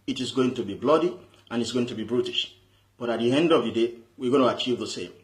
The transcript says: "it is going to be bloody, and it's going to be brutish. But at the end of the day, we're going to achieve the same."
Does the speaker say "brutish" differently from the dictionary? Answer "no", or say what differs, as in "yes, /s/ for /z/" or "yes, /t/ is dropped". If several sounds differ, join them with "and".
no